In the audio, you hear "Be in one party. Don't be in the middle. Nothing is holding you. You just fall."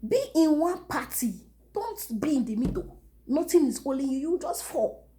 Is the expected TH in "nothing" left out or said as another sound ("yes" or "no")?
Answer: yes